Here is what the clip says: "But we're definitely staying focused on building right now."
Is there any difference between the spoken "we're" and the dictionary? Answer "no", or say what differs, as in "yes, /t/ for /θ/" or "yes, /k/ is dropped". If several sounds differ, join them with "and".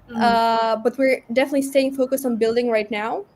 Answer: no